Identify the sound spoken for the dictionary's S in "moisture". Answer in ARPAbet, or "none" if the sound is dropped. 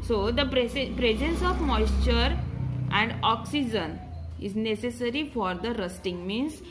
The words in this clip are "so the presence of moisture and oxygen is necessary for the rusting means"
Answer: S